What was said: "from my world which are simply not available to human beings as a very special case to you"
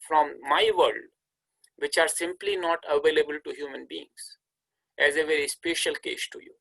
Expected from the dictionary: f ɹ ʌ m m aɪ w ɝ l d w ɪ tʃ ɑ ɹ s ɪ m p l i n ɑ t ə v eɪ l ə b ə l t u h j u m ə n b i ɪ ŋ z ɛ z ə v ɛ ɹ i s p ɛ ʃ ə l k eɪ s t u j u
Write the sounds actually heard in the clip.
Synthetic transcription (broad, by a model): f ɹ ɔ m m aɪ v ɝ l d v ɪ tʃ ɑ ɹ s ɪ m p l i n ɑ t ə v eɪ l ə b ə l t u h j u m ə n b i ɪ ŋ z ɛ z ə v ɛ ɹ i s p ɛ ʃ ə l k eɪ s t u j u